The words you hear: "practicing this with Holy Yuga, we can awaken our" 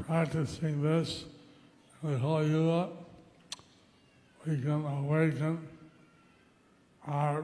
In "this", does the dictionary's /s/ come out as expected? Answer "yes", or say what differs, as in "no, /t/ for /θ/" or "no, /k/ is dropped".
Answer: yes